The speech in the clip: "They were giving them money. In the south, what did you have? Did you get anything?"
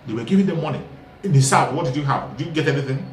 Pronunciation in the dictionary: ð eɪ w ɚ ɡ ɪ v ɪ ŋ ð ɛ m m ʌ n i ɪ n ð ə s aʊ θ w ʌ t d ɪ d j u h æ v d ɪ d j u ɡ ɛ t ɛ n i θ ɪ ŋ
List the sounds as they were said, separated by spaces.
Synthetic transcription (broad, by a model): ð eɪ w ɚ ɡ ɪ v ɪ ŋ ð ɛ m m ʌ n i ɪ n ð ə s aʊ t w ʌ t d ɪ d j u h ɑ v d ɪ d j u ɡ ɛ t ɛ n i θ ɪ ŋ